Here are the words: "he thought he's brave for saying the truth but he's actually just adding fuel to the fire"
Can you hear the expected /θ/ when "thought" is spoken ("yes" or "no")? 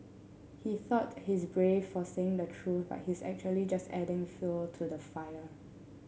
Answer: yes